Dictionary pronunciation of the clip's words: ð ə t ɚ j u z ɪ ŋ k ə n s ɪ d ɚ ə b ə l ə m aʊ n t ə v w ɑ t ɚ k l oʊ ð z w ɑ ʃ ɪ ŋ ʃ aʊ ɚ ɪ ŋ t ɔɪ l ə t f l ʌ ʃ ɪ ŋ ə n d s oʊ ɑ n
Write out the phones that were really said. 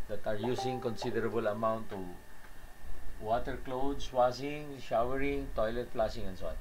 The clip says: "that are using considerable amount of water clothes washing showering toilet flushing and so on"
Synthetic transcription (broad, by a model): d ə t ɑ j u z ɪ ŋ k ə n s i d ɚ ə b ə l ə m aʊ n t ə w ɑ t ɚ k l oʊ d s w ɑ s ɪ ŋ ʃ aʊ ɚ ɪ ŋ t ɔɪ l ə t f l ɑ s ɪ ŋ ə n s oʊ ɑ n